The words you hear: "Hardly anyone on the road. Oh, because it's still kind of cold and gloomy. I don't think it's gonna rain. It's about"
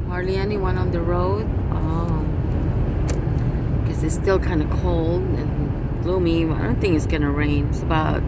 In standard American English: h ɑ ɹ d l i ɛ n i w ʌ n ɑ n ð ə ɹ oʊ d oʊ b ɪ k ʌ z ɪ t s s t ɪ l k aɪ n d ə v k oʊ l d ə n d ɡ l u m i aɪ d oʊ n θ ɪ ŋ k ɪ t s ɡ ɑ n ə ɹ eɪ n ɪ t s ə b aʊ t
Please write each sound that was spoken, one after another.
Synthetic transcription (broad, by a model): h ɑ ɹ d l i ɛ n i w ʌ n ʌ n ð ə ɹ oʊ d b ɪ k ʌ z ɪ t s s t ɪ l k aɪ n d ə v k oʊ l d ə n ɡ l u m i aɪ d oʊ n θ ɪ ŋ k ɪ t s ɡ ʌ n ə ɹ eɪ n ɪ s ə b aʊ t